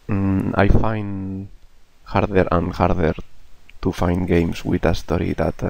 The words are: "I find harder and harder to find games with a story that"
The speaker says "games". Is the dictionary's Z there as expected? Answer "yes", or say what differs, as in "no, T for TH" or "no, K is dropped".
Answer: no, S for Z